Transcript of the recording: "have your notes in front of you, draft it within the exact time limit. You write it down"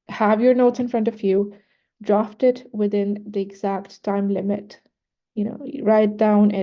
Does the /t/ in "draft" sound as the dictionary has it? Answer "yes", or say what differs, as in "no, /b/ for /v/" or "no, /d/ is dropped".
yes